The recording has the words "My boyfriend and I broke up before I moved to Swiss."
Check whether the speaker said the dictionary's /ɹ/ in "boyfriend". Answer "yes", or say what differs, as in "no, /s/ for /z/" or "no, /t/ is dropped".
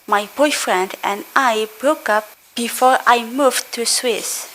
yes